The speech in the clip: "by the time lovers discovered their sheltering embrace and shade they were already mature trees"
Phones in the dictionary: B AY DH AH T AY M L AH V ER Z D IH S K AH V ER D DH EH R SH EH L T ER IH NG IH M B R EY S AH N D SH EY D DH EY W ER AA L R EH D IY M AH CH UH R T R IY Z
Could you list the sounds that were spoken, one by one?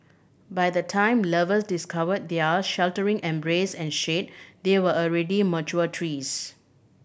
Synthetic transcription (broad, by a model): B AY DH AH T AY M L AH V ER S D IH S K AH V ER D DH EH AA SH EH L T ER IH NG IH M B R EY S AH N SH EY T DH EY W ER AA L R EH D IY M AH CH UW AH T R IY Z